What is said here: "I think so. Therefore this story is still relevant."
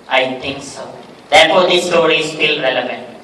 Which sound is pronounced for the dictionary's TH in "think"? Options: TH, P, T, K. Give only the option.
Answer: T